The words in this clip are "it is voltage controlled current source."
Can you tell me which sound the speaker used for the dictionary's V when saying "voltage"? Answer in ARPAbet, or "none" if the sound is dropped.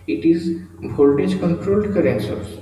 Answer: B